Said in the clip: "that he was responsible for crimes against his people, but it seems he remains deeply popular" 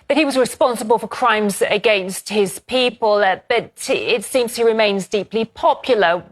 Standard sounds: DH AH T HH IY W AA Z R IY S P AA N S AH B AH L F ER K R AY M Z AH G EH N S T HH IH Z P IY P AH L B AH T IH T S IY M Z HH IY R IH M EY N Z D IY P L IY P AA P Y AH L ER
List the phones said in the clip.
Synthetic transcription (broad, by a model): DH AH T HH IY W AA Z R IY S P AA N S AH B AH L F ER K R AY M Z AH G EH N S T HH IH Z P IY P AH L B AH T IH T S IY M Z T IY R IH M EY N Z D IY P L IY P AA P Y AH L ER